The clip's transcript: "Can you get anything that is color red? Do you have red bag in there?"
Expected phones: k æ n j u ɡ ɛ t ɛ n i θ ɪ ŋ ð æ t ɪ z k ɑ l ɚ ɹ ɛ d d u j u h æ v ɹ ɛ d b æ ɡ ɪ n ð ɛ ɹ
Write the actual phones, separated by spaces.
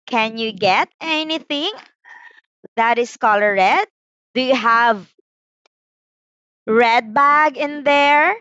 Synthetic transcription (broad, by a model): k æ n j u ɡ ɛ t ɛ n i θ ɪ ŋ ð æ t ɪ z k ɑ l ɚ ɹ ɛ d d u j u h æ v ɹ ɛ d b æ ɡ ɪ n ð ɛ ɹ